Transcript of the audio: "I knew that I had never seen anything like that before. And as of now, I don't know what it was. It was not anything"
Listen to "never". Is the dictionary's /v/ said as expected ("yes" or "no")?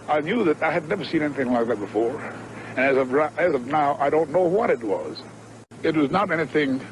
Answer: yes